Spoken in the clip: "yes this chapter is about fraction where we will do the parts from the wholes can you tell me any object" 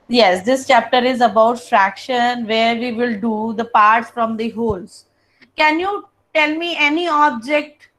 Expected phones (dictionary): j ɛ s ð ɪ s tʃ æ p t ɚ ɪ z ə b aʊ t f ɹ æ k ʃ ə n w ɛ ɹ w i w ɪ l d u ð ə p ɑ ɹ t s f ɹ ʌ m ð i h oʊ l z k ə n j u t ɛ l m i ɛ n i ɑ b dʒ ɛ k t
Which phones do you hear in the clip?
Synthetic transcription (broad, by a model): j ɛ s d ɪ s tʃ æ p t ɚ ɪ z ə b aʊ t f ɹ æ k ʃ ə n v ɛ ɹ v i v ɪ l d u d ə p ɑ ɹ t s f ɹ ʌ m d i h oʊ l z k ə n j u t ɛ l m i ɛ n i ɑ b dʒ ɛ k t